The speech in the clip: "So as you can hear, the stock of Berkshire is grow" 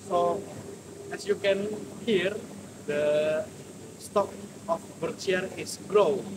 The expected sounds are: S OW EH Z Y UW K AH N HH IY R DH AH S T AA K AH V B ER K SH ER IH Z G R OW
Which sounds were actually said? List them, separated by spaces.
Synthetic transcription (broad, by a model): S OW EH S Y UW K AH N HH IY R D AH S T AA K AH F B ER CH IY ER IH S G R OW